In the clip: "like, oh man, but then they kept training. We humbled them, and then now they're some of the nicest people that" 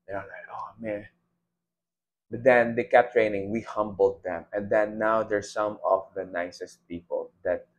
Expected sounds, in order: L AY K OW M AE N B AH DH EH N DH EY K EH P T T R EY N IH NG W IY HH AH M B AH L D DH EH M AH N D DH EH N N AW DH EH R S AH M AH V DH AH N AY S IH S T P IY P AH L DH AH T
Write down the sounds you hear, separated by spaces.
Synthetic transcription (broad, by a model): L AY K OW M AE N B AH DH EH N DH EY K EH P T T R EY N IH NG W IY HH AH M B AH L D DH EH M AH N D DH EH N N AW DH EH R S AH M AH V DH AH N AY S IH S T P IY P AH L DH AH T